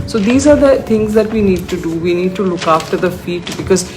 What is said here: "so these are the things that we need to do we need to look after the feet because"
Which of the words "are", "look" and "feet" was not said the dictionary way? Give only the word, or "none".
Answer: none